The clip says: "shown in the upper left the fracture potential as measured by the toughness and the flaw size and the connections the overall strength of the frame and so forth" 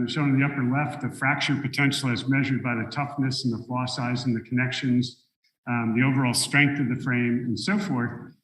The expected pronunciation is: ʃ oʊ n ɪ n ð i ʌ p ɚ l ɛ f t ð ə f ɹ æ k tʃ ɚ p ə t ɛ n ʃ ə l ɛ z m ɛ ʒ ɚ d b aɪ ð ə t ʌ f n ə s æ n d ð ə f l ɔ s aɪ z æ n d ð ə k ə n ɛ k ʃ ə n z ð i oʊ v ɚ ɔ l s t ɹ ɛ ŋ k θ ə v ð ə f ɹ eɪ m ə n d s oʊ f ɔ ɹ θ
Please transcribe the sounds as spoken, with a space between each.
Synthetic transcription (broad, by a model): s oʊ ɪ n ð i ʌ p ɚ l ɛ f t ð ə f ɹ æ k tʃ ɚ p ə t ɛ n ʃ l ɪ z m ɛ ʒ ɚ d b aɪ ð ə t ʌ f n ə s n ð ə f l ɔ s aɪ z n ð ə k ə n ɛ k ʃ ə n z ð i oʊ v ɚ ɔ l s t ɹ ɛ ŋ k θ ə v ð ə f ɹ eɪ m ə n s oʊ f ɔ ɹ θ